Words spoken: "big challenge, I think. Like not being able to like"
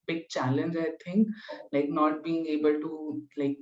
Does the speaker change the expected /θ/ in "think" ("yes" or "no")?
yes